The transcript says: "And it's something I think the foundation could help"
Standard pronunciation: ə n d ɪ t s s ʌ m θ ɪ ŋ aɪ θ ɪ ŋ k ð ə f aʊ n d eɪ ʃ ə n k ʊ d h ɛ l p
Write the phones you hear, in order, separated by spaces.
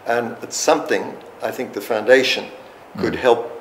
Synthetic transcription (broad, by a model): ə n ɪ t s s ʌ m θ ɪ ŋ aɪ θ ɪ ŋ k ð ə f aʊ n d eɪ ʃ ə n k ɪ d h ɛ l p